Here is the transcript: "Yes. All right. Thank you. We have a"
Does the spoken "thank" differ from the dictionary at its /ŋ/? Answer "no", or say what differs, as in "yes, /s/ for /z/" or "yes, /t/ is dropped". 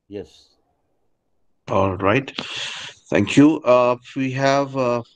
no